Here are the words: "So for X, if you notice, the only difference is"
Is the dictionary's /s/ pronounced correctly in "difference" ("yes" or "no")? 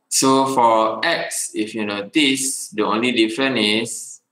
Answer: no